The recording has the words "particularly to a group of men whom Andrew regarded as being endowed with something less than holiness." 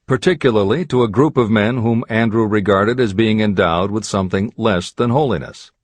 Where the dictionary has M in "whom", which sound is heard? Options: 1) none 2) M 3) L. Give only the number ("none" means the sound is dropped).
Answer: 2